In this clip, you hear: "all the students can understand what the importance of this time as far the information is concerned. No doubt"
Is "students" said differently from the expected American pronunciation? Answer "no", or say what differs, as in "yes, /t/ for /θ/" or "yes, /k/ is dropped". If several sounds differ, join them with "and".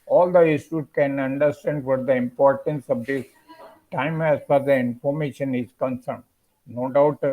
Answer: yes, /n/ is dropped and /s/ is dropped